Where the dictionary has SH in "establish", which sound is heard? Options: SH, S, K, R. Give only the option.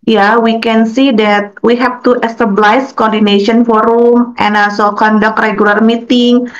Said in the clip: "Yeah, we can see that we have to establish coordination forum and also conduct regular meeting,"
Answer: S